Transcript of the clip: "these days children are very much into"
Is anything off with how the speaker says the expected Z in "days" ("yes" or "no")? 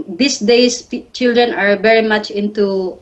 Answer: yes